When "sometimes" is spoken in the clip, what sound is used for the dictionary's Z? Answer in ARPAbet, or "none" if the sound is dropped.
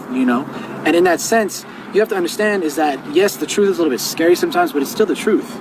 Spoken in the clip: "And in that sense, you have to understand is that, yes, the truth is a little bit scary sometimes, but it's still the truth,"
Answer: Z